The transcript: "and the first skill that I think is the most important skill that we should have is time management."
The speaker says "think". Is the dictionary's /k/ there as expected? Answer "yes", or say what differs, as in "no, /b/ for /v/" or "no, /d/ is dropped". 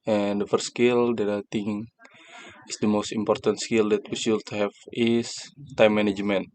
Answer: no, /k/ is dropped